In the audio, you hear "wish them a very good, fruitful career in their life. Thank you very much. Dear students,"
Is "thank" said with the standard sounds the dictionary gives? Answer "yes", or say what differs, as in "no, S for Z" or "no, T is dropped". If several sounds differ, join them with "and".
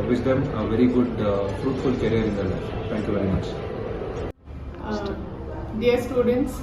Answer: no, T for TH